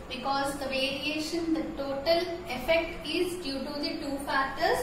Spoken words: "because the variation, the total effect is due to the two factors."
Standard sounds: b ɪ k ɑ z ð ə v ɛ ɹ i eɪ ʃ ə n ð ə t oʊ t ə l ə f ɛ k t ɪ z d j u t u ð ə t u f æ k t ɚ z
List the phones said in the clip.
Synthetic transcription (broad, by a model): b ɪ k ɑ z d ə v ɛ ɹ i eɪ ʃ ə n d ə t oʊ t ə l ə f ɛ k t ɪ z d j u t u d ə t u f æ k t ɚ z